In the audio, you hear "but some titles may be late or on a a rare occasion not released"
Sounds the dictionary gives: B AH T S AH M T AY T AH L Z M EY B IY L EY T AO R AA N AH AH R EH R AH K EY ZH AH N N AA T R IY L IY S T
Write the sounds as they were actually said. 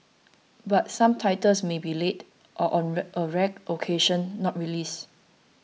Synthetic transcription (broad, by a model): B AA T S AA M T AY T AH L S M EY B IY L EY T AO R AA N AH AH R EH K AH K EY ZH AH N N AA T R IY L IY S